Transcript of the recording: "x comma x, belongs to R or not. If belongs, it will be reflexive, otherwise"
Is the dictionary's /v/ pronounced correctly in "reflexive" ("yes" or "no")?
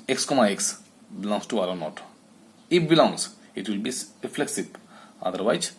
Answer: no